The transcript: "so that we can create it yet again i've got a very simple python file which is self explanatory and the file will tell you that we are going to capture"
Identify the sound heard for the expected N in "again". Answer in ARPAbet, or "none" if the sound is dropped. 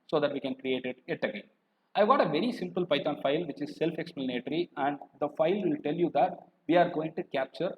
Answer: none